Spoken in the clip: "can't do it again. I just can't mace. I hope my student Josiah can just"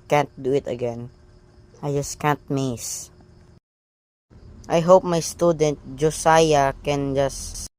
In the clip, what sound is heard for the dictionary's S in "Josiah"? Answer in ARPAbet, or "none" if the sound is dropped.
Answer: S